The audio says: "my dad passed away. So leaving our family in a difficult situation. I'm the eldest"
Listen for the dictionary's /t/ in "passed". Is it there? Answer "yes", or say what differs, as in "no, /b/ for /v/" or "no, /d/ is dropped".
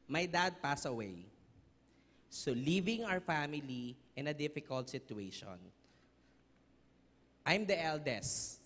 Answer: no, /t/ is dropped